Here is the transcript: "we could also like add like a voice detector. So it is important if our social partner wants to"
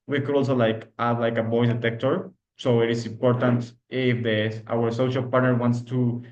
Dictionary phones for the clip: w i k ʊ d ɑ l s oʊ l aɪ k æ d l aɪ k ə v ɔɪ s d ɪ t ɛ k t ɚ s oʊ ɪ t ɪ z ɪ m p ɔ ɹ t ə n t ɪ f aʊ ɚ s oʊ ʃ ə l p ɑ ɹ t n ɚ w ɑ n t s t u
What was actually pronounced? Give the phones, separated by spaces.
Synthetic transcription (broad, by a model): w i k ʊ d ɑ l s oʊ l aɪ k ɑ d l aɪ k ə b ɔɪ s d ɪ t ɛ k t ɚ s oʊ ɪ t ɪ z ɪ m p ɔ ɹ t ə n t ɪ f aʊ ɚ s oʊ ʃ ə l p ɑ ɹ t n ɚ w ɑ n t s t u